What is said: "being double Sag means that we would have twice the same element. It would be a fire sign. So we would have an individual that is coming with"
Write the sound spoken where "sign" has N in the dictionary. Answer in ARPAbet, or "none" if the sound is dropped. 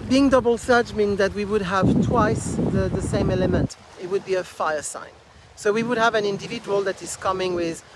N